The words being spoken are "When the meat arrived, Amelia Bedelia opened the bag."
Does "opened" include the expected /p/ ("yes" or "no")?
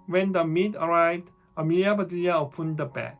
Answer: yes